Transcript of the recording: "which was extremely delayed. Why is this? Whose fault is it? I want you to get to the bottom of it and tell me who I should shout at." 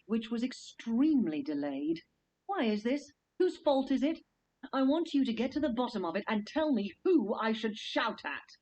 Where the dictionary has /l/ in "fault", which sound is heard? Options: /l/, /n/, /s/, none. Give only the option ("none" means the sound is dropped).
/l/